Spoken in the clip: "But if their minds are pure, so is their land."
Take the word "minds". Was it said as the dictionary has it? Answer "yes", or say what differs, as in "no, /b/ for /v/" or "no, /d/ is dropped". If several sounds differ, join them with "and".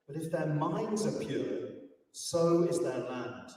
yes